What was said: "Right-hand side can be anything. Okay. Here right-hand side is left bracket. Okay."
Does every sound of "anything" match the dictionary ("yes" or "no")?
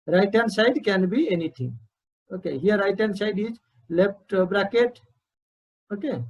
no